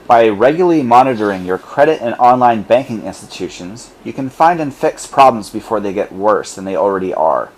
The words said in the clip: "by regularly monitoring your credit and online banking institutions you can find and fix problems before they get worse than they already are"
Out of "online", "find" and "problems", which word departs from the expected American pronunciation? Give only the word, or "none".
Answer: none